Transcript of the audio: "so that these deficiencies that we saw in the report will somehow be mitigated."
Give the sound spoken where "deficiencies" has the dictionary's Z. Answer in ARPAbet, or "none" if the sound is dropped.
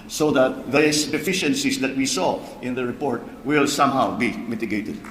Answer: S